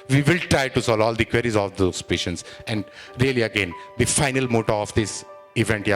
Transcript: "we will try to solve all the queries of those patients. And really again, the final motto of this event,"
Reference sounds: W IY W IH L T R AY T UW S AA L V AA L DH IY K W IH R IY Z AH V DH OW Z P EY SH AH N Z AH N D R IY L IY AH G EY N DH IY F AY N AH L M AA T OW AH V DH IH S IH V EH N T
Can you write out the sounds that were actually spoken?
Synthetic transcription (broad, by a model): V IY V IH L T R AY T UW S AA L AA L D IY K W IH R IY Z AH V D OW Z P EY SH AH N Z AH N D R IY L IY AH G EY N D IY F AY N AH L M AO T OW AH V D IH S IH V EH N T